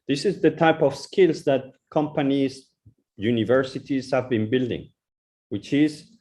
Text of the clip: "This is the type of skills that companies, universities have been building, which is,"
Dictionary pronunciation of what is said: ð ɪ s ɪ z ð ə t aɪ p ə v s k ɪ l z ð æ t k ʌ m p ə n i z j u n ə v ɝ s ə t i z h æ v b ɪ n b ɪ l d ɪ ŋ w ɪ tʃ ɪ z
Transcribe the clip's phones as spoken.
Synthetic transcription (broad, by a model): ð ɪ s ɪ z ð ə t aɪ p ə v s k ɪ l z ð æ t k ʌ m p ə n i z j u n ə v ɝ s ə t i z h æ v b ɪ n b ɪ l d ɪ ŋ w ɪ tʃ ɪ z